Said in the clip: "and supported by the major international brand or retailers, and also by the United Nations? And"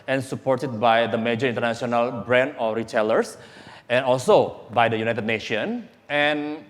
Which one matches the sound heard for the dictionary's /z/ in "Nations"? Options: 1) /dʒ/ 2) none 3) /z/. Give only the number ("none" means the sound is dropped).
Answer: 2